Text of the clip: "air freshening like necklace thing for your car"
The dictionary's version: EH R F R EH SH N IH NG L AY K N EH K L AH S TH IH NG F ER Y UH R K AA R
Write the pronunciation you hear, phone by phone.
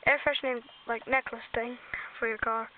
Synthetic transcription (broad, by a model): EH R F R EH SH N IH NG L AY K N EH K L AH S TH IH NG F ER Y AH R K AA R